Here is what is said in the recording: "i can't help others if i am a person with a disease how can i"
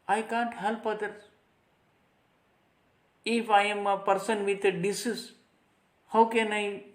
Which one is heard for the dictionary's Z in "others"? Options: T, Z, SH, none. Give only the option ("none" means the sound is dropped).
none